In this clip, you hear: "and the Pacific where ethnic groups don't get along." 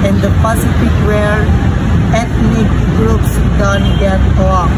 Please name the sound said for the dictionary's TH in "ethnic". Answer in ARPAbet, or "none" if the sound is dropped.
T